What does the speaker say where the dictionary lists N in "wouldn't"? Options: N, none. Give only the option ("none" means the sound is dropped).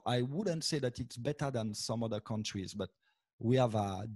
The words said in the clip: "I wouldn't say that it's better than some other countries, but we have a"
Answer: N